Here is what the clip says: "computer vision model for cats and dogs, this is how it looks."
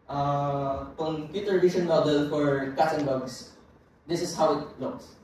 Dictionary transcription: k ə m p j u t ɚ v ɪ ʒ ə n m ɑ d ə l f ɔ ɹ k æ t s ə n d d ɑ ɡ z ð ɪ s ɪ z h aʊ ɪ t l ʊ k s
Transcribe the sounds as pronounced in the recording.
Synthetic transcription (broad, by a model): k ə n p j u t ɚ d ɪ ʃ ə n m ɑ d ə l f ɔ ɹ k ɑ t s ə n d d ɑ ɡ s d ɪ s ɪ s h aʊ ɪ t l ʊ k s